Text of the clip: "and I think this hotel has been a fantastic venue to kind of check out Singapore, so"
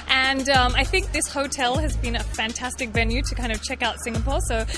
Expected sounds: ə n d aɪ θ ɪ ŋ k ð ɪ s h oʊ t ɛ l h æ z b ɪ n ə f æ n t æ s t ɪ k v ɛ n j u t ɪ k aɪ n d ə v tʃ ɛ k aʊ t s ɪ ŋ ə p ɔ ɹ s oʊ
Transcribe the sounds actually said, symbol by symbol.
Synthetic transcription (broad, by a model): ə n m aɪ θ ɪ ŋ k ð ɪ s h oʊ t ɛ l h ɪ z b ɪ n ə f æ n t æ s t ɪ k v ɛ n j u t ɪ k aɪ n d ə v tʃ ɛ k aʊ t s ɪ ŋ ə p ɔ ɹ s oʊ